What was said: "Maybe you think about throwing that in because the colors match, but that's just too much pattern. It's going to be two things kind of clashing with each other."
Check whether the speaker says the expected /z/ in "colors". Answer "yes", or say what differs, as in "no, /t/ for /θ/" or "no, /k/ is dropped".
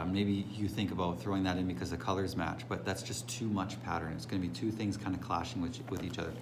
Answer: yes